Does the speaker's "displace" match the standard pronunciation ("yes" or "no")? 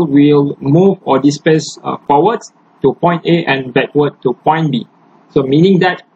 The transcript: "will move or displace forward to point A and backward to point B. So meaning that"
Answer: no